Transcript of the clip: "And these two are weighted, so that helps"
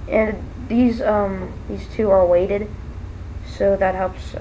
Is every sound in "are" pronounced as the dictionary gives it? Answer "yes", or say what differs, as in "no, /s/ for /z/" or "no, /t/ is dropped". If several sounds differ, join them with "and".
no, /l/ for /ɹ/